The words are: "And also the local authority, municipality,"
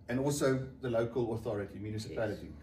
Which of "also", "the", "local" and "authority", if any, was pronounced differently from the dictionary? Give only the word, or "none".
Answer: none